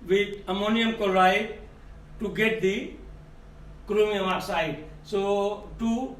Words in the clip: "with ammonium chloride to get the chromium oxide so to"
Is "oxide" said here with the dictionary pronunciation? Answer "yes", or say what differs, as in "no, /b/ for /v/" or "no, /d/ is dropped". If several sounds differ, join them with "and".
no, /k/ is dropped